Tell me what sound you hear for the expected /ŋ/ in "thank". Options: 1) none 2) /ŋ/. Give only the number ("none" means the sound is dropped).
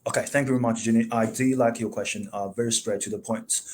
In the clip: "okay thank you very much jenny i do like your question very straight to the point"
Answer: 2